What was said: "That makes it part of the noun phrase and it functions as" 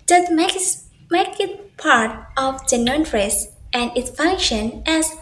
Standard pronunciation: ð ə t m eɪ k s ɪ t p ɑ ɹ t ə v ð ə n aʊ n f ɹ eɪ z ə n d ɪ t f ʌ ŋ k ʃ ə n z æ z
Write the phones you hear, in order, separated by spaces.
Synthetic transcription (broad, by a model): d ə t m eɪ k ɪ t p ɑ ɹ t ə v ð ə n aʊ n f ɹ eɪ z ə n d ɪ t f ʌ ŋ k ʃ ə n æ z